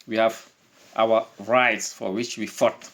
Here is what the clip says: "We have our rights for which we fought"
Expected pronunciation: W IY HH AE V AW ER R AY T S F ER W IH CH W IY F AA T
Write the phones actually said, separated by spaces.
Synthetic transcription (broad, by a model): W IY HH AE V AW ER R AY T S F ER W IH CH W IY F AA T